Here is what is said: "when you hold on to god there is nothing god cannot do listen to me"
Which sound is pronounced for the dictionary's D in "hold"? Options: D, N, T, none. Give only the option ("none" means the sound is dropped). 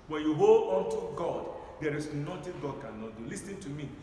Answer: none